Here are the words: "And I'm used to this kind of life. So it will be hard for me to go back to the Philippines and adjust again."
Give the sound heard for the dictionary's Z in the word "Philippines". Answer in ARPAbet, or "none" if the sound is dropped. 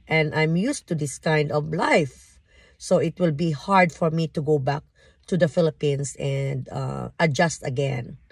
S